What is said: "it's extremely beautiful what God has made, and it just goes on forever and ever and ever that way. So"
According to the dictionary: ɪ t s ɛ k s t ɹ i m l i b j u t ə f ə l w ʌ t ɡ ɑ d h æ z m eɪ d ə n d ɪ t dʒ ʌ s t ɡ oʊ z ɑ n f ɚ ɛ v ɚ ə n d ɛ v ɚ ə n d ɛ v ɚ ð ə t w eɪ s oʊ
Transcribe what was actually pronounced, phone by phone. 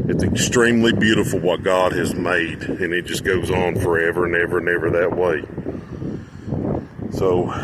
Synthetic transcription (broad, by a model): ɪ t s ɛ k s t ɹ i m l i b j u t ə f l w ʌ t ɡ ɑ d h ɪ z m eɪ d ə n ɪ t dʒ ʌ s ɡ oʊ z n f ɚ ɛ v ɚ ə n ɛ v ɚ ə n ɛ v ɚ ð ə t w eɪ s oʊ